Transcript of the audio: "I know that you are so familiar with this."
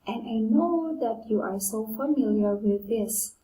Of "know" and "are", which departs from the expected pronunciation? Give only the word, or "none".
none